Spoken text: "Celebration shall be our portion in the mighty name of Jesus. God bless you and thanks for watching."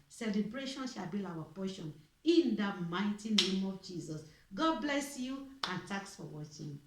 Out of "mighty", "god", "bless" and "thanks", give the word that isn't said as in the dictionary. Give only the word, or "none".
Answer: thanks